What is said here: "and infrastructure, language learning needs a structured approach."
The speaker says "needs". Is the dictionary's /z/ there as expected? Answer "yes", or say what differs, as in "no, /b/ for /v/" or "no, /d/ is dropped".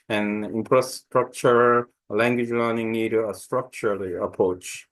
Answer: no, /z/ is dropped